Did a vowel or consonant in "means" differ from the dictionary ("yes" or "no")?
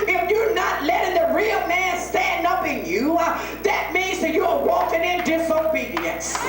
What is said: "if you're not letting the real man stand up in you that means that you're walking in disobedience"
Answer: no